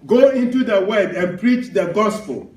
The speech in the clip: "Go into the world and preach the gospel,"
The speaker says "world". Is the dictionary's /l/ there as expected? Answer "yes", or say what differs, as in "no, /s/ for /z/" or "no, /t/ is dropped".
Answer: no, /l/ is dropped